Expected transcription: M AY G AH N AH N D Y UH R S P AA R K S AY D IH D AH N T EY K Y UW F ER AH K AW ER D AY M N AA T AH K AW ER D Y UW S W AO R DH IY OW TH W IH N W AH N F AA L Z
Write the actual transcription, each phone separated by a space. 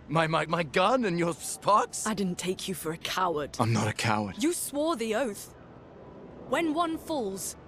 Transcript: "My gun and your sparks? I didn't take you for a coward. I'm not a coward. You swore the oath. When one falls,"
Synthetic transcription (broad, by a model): M AY G AH N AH N Y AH R S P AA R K S AY D IH D N T EY K Y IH F ER AH K AW ER D AY M N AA T AH K AW ER D Y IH S W AO R DH IY OW TH W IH N W AH N F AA L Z